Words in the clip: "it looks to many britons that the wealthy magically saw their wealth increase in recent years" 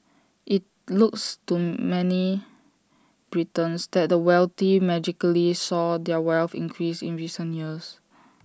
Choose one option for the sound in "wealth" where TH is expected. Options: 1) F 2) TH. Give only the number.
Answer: 1